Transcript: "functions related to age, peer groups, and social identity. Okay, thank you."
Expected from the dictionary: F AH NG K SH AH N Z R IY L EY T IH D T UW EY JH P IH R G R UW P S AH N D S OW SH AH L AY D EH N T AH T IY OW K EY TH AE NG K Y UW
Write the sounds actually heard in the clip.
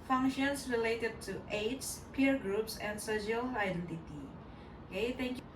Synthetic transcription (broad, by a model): F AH NG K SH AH N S R IY L EY T IH D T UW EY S P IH R G R UW P S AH N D S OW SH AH L AY D EH N T AH T IY OW K EY T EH NG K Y